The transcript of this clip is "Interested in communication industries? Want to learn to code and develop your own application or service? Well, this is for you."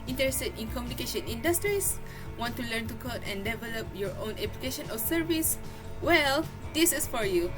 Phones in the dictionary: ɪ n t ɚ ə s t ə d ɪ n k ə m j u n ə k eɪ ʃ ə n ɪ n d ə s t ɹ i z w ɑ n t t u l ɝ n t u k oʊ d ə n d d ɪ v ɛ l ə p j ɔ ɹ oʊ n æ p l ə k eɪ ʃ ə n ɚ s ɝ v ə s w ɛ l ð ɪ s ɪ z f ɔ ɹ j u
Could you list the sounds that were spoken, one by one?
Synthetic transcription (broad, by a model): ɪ n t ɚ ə s t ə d ɪ n k ə m j u n ə k eɪ ʃ ə n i n d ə s t ɹ i s w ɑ n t t u l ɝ n t u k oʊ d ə n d d ɪ v ɛ l ə p j ɔ ɹ oʊ n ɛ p l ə k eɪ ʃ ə n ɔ s ɝ v ə s w ɛ l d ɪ s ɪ s f ɔ ɹ j u